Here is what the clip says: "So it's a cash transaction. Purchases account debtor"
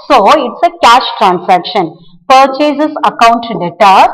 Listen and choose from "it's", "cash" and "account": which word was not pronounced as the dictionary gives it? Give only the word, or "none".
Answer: none